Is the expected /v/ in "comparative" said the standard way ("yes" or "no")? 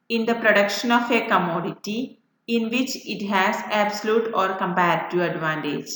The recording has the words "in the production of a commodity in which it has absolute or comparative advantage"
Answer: no